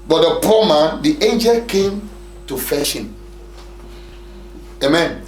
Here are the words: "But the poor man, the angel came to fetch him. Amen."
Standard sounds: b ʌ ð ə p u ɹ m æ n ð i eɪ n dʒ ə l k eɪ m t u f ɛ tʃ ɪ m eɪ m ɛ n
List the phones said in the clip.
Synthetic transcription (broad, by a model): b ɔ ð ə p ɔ m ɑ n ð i eɪ n dʒ ə l k eɪ m t u f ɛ ʃ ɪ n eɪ m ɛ n